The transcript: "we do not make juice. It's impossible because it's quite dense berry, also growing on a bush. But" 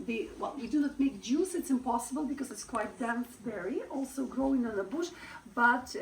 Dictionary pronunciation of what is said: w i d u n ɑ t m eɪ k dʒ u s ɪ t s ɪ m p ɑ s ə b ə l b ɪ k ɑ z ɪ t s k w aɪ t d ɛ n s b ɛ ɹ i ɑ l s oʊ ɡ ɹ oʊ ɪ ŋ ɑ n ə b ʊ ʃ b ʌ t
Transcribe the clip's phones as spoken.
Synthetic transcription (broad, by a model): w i d u n ɑ t m eɪ k dʒ u s ɪ t s ɪ m p ɑ s ə b ə l b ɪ k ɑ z ɪ t s k w aɪ t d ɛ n s b ɛ ɹ i ɑ l s oʊ ɡ ɹ oʊ ɪ ŋ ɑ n ə b ʊ ʃ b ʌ t